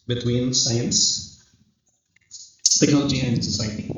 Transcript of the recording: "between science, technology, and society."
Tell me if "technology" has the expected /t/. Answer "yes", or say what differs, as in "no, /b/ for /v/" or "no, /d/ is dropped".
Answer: no, /s/ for /t/